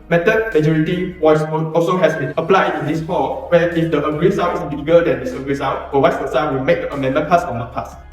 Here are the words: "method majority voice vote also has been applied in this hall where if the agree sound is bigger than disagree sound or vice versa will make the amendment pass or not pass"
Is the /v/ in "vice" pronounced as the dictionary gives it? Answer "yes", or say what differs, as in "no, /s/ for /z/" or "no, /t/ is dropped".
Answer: no, /w/ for /v/